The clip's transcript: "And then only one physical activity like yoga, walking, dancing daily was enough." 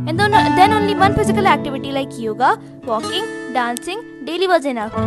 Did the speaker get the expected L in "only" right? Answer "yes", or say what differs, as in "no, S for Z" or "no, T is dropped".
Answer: no, L is dropped